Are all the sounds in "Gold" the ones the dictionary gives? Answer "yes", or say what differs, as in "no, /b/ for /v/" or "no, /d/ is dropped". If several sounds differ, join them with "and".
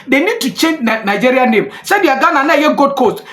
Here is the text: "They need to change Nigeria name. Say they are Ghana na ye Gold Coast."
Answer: no, /l/ is dropped